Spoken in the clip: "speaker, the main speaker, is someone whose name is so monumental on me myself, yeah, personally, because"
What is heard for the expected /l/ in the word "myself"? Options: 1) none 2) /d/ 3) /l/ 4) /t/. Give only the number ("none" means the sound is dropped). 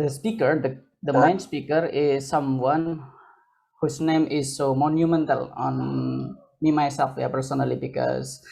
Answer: 1